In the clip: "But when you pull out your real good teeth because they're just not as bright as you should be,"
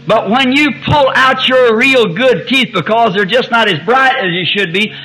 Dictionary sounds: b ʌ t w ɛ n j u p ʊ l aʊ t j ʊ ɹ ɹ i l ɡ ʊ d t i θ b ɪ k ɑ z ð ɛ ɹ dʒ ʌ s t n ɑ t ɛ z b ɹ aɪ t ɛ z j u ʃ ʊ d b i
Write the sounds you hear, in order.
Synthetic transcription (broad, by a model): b ʌ t w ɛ n j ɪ p ʊ l aʊ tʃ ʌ ɹ ɹ i l ɡ ʊ d t i θ b ɪ k ɑ z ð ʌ ɹ dʒ ʌ s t n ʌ t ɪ z b ɹ aɪ t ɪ z j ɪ ʃ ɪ d b i